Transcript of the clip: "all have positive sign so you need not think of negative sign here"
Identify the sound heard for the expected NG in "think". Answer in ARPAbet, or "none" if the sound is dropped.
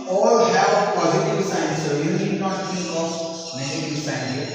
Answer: none